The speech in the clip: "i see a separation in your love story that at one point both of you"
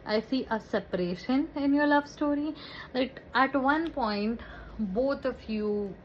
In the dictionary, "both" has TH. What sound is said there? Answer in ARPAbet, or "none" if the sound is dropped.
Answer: T